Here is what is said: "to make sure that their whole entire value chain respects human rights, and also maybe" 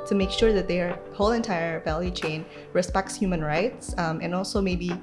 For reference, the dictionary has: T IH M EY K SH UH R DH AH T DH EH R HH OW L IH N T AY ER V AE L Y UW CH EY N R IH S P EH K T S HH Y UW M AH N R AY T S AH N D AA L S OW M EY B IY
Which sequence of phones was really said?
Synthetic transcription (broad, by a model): T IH M EY K SH UH R DH AH T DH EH R HH OW L IH N T AY ER V AE L Y UW CH EY N R IH S P EH K T S HH Y UW M AH N R AY T S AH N AA L S OW M EY B IY